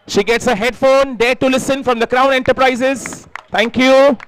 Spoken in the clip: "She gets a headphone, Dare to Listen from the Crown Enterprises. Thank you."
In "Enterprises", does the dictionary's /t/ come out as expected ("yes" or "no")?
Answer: yes